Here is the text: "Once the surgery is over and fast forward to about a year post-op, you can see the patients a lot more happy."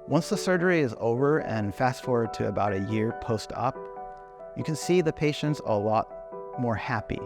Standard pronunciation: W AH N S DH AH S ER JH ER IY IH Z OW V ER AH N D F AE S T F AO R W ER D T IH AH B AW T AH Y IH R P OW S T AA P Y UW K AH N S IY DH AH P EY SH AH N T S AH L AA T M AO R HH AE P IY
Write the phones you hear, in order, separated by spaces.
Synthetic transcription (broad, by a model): W AH N S DH AH S ER JH ER IY IH Z OW V ER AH N F AE S T F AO R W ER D T IH AH B AW T AH Y IH R P OW S T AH P Y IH K AH N S IY DH AH P EY SH AH N T S AH L AA T M AO R HH AE P IY